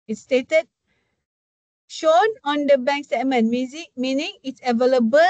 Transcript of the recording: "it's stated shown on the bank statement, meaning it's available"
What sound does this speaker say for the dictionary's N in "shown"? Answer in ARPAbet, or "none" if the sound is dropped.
N